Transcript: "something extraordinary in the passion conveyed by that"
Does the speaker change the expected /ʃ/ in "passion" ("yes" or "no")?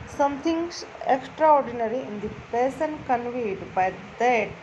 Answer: yes